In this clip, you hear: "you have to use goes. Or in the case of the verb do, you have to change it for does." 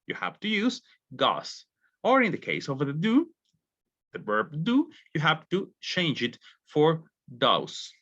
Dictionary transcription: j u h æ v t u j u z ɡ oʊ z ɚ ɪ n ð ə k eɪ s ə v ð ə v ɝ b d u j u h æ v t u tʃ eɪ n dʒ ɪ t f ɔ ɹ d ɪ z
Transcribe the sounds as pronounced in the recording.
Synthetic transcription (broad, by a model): j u h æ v t u j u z ɡ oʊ s ɚ ɪ n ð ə k eɪ s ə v ð ə b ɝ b d u j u h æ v t u tʃ eɪ n dʒ ɪ t f ɔ ɹ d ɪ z